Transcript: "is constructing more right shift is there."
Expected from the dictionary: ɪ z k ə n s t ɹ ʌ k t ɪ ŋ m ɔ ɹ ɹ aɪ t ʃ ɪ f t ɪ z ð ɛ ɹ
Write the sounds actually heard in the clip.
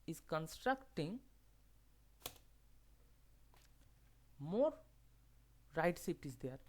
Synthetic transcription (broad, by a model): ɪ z k ə n s t ɹ ʌ k t ɪ ŋ m ɔ ɹ ɹ aɪ t s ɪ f t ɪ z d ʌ ɹ